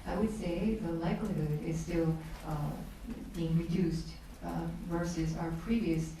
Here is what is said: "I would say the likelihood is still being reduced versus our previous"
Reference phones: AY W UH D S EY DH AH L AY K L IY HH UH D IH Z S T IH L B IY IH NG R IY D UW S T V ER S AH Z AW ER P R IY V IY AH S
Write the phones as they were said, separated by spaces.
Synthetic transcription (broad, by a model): AY W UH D S EY DH AH L AY K L IY HH UH D IH Z S T IH L B IY IH NG R IY D UW S T V ER S AH Z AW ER P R IY V IY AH S